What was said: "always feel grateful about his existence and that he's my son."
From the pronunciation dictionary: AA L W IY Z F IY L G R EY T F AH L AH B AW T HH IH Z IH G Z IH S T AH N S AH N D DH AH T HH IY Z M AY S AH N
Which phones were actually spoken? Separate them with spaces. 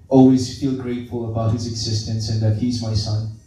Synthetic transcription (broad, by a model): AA L W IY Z F IY L G R EY T F AH L AH B AW T HH IH Z IH G Z IH S T AH N S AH N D DH AH T HH IY Z M AY S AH N